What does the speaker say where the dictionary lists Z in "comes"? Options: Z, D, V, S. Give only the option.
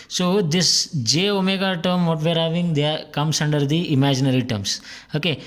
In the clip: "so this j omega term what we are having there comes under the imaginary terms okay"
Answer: S